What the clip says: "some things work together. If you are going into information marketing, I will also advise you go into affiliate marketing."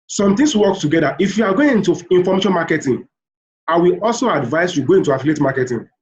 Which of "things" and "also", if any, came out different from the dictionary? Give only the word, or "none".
things